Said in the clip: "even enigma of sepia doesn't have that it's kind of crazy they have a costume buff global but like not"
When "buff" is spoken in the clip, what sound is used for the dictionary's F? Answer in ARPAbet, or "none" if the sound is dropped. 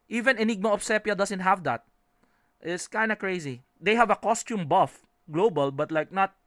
F